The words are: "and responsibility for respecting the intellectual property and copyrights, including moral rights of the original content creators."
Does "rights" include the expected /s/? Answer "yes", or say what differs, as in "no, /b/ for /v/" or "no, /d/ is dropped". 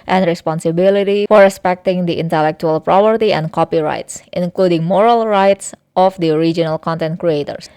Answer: yes